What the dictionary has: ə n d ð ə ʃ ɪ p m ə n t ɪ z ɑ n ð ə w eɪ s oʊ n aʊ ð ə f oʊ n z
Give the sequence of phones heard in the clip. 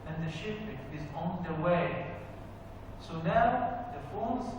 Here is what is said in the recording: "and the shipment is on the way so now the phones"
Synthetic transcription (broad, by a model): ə n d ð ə ʃ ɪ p ə t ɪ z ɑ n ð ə w eɪ s oʊ n aʊ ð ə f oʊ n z